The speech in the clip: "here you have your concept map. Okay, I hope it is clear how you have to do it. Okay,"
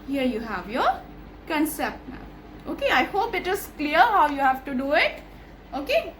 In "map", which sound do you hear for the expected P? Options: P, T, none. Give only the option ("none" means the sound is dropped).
none